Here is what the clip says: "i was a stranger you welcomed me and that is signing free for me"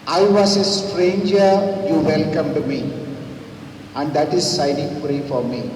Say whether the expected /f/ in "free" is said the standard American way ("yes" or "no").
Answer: no